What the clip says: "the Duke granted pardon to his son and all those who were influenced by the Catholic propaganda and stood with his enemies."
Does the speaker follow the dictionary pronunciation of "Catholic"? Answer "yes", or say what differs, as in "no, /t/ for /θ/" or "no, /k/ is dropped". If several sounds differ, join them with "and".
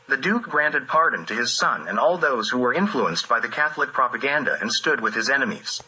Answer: yes